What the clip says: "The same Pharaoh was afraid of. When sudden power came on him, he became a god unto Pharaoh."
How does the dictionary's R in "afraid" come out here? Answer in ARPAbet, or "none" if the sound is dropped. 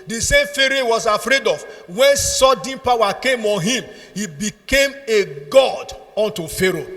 R